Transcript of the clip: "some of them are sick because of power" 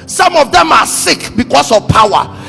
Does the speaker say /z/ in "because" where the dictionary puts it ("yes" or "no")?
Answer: no